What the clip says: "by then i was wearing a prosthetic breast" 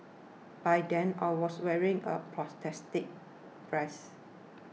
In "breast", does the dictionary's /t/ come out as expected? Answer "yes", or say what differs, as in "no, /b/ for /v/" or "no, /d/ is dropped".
no, /t/ is dropped